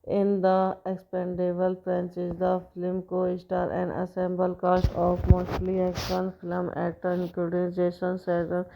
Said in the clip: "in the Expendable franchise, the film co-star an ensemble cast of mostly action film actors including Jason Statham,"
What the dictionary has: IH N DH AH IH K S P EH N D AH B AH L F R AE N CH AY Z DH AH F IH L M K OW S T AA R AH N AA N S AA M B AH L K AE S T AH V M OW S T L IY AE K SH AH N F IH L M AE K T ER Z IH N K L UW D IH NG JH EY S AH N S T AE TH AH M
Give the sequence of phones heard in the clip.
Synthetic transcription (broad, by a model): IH N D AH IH K S P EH N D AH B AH L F R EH N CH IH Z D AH F IH L M K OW S T AA R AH N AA S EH M B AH L K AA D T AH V M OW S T L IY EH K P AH N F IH L M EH T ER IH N K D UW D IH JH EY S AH N S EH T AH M